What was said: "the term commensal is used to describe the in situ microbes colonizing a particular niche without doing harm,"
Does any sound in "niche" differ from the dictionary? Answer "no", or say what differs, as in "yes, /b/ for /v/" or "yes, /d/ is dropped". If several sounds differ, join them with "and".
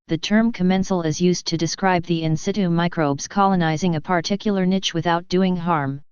no